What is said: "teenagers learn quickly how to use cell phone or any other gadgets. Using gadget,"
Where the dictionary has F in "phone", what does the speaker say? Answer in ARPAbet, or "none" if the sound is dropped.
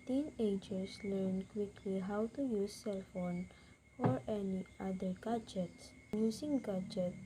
F